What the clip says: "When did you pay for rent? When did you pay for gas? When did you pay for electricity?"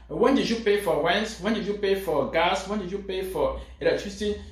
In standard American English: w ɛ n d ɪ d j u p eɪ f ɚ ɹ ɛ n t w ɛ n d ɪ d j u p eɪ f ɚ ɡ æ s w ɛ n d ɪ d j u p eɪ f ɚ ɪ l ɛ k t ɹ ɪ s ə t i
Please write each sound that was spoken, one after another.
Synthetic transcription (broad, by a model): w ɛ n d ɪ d j u p eɪ f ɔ w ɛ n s w ɛ n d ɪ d j u p eɪ f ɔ ɡ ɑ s w ɛ n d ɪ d j u p eɪ f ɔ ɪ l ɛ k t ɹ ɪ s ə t i